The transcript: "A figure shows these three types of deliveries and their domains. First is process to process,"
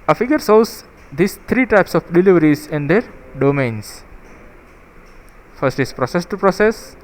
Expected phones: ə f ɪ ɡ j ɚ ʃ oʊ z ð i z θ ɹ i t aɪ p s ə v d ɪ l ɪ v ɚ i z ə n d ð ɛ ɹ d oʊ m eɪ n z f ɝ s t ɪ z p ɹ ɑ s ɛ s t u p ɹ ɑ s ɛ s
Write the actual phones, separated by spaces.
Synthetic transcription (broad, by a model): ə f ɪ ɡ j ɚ s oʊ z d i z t ɹ i t aɪ p s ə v d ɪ l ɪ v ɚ i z ə n d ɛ ɹ d oʊ m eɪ n s f ɝ s t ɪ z p ɹ ɑ s ɛ s t u p ɹ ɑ s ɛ s